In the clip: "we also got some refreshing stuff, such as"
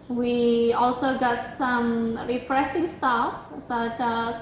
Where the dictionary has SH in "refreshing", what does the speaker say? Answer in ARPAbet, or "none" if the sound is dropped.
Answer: S